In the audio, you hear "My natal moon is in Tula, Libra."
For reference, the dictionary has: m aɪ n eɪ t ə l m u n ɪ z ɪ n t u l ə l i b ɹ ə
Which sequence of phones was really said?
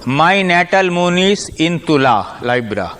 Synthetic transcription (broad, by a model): m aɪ n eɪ t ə l m u n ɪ s ɪ n t u l ə l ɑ b ɹ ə